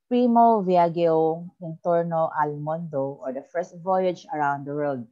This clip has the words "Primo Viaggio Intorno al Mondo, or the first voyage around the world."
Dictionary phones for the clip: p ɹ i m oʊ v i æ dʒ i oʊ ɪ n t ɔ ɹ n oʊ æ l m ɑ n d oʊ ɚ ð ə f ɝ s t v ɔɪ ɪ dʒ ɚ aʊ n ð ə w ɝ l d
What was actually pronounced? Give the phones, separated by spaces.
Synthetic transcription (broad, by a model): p ɹ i m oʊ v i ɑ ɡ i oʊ ɪ n t ɔ ɹ n oʊ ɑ l m ɑ n d oʊ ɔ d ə f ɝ s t v ɔɪ ɪ dʒ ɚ aʊ n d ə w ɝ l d